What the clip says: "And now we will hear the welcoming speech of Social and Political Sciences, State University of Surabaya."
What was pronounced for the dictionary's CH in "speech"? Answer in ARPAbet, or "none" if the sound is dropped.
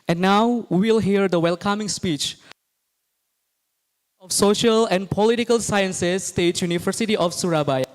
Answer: CH